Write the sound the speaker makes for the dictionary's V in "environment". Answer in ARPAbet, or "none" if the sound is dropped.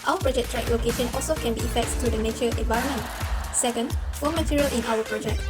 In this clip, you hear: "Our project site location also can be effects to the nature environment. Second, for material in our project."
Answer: V